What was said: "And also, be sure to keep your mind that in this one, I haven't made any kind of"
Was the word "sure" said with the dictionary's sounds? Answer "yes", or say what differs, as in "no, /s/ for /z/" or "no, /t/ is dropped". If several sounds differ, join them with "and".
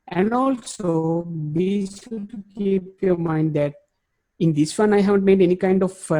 no, /s/ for /ʃ/